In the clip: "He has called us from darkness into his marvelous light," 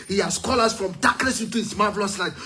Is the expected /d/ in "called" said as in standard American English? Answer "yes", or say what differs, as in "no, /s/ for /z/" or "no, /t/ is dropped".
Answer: no, /d/ is dropped